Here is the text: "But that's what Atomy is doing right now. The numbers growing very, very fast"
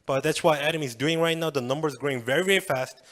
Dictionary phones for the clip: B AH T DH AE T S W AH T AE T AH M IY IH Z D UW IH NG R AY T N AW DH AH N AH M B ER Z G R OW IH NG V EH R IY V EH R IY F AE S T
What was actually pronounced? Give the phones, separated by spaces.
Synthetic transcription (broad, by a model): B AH T DH AE T S W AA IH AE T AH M IH Z D UW IH NG R AY T N AW DH AH N AH M B ER Z G R OW IH NG V EH R IY V EH R IY F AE S T